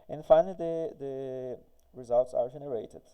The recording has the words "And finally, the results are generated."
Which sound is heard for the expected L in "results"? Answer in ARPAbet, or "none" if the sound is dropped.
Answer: L